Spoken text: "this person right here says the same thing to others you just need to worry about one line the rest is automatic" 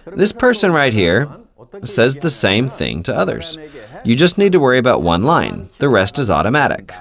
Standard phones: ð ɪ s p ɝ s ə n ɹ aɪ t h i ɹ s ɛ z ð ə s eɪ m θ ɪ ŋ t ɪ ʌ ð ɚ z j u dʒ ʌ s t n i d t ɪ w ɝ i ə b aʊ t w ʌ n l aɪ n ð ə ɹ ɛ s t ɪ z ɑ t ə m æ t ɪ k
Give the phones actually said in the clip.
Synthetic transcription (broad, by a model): ð ɪ s p ɝ s ə n ɹ aɪ t h i ɹ s ɛ z ð ə s eɪ m θ ɪ ŋ t ɪ ʌ ð ɚ z j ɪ dʒ ʌ s t n i d t ɪ w ɝ i ə b aʊ t w ʌ n l aɪ n ð ə ɹ ɛ s t ɪ z ɑ t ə m æ t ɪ k